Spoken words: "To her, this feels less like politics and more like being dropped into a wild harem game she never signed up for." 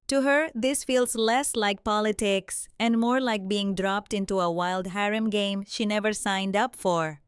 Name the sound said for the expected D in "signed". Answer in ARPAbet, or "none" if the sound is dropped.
D